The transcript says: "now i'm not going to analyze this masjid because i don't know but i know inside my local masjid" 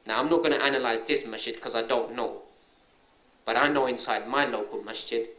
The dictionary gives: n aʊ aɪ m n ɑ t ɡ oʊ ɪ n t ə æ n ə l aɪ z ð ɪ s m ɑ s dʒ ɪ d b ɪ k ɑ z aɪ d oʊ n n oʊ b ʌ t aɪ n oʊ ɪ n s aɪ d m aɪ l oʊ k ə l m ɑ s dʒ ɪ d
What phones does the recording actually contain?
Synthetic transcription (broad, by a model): n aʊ aɪ m n ɑ t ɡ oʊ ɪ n t æ n ə l aɪ z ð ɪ s m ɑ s tʃ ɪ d k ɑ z aɪ d oʊ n n oʊ b ʌ t aɪ n oʊ ɪ n s aɪ d m aɪ l oʊ k ə l m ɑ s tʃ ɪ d